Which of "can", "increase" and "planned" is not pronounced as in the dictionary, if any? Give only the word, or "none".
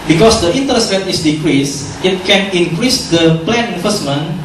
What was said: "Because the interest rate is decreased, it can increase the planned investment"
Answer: planned